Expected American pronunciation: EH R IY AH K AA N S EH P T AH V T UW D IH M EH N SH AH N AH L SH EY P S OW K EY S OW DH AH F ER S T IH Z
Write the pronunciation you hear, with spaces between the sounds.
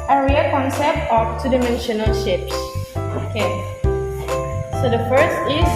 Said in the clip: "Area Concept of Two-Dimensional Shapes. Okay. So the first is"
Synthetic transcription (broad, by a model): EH R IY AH K AA N S EH P T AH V T UW D IH M EH N SH AH N AH L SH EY P S OW K EY S OW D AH F ER S T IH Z